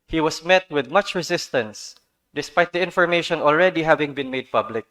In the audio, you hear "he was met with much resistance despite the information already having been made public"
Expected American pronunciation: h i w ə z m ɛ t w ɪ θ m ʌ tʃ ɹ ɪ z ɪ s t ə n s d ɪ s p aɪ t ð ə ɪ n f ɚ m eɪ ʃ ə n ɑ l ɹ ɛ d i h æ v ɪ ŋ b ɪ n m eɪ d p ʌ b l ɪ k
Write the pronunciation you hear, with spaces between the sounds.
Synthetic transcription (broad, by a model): h i w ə s m ɛ t w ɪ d m ʌ tʃ ɹ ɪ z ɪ s t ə n s d ɪ s p aɪ t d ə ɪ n f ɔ m eɪ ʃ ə n ɑ l ɹ ɛ d i h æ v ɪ ŋ b ɪ n m eɪ d p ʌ b l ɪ k